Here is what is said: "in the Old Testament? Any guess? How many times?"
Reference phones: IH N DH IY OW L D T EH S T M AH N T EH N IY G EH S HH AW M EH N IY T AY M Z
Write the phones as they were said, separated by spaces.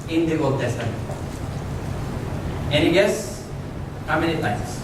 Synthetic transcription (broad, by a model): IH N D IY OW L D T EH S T AH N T EH N IY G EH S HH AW M EH N IY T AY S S